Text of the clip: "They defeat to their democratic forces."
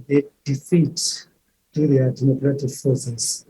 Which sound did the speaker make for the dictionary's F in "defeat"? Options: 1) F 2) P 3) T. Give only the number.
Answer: 1